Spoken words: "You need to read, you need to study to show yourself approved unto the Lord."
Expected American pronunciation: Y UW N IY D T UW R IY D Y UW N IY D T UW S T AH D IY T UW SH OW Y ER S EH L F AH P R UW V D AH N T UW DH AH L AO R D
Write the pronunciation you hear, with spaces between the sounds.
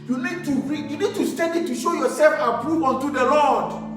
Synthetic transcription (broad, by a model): Y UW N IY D T UW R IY Y UW N IY D T UW S T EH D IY T UW SH OW Y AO S EH L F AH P R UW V AO N T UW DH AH L AO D